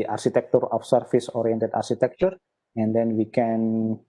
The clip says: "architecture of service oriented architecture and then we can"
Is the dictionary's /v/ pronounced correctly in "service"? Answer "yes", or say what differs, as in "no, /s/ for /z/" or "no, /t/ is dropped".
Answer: no, /f/ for /v/